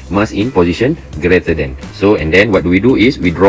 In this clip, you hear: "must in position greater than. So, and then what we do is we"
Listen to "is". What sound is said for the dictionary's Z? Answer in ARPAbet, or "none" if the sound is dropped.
S